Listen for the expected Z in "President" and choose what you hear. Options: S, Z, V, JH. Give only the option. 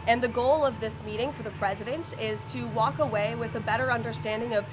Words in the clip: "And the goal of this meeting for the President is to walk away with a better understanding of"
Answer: Z